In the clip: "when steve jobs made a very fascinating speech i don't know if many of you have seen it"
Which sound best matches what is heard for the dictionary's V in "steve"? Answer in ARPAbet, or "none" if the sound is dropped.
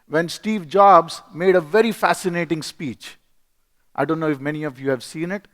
V